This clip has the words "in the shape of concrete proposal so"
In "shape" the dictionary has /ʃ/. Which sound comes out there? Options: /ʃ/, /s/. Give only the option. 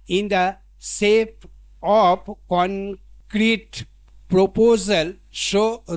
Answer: /s/